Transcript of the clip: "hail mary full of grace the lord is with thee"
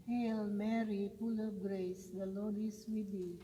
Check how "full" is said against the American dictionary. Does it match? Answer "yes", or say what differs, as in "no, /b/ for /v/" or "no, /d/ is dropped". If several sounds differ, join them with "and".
no, /p/ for /f/